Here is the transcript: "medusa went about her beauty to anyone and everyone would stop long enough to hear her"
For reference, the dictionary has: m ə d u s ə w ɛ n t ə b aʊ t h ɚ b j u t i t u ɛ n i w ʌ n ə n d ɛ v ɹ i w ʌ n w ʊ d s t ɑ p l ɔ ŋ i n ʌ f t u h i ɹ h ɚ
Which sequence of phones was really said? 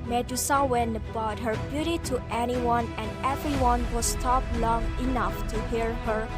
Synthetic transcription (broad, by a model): m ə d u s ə w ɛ n ə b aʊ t h ɚ b j u t i t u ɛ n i w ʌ n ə n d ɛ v ɹ i w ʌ n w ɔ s t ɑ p l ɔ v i n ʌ f t u h i ɹ h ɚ